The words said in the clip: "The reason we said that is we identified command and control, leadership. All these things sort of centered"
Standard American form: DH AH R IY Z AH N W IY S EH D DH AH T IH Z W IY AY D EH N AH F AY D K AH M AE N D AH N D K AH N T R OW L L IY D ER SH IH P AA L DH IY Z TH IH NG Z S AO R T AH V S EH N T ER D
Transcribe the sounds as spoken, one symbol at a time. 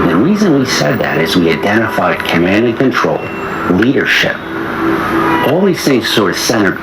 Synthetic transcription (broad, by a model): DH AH R IY Z AH N W IY S EH D DH AH T IH Z W IY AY D EH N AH F AY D K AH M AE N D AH K AH N T R OW L L IY D ER SH IH P AA L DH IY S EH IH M S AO R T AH S EH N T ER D